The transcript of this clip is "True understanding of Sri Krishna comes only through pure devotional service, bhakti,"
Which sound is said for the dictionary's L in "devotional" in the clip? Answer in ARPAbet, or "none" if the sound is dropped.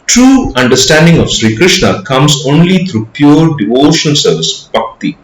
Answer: N